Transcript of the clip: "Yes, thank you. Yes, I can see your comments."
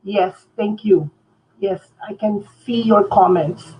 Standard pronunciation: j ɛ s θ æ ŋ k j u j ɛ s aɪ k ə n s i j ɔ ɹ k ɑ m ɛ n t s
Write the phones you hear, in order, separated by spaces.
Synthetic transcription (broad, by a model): j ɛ s t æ ŋ k j u j ɛ s aɪ k ə n s i j ɔ ɹ k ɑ m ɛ n t s